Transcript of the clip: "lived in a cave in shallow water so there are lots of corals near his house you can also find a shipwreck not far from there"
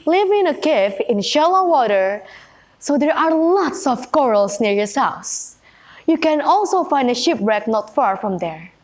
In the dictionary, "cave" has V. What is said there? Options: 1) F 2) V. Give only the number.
1